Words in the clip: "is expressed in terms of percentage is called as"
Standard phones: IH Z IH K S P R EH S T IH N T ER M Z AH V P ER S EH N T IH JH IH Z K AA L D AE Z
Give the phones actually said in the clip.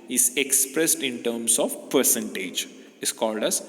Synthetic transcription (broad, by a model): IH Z IH K S P R EH S T IH N T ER M S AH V P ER S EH N T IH JH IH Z K AA L D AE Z